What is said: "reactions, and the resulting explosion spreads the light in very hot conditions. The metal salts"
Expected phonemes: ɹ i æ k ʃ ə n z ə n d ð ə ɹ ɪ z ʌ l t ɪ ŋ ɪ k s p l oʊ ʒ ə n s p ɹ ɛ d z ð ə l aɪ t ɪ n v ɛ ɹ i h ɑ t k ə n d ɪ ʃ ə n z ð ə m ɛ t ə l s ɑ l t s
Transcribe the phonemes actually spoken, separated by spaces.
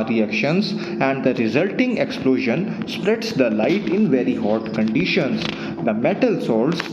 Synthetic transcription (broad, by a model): ɹ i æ k ʃ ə n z ə n d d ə ɹ ɪ z ʌ l t ɪ ŋ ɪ k s p l oʊ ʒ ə n s p ɹ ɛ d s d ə l aɪ t ɪ n v ɛ ɹ i h ɑ t k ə n d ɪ ʃ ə n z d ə m ɛ t ə l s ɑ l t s